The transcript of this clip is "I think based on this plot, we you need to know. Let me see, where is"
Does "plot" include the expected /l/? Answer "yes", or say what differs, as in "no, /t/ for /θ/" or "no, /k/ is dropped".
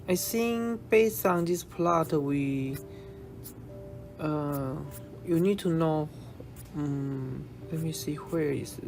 yes